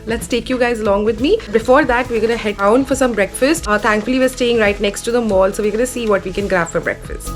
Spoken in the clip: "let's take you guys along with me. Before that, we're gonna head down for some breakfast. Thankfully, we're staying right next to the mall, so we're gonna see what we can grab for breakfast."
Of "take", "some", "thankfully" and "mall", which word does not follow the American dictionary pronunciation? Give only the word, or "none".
thankfully